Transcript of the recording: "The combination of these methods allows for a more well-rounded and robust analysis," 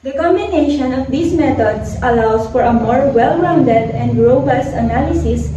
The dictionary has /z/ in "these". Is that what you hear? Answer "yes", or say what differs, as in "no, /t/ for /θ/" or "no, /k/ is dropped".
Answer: no, /s/ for /z/